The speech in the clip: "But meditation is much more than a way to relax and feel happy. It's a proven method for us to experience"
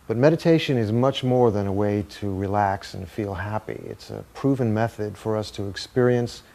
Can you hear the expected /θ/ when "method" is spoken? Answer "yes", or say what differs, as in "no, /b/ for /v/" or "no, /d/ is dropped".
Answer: yes